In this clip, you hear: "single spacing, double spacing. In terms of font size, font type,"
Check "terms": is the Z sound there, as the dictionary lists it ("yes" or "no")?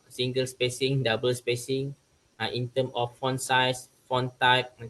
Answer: no